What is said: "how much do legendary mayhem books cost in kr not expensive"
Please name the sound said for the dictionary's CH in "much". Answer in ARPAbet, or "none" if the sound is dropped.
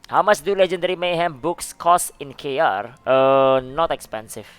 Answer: S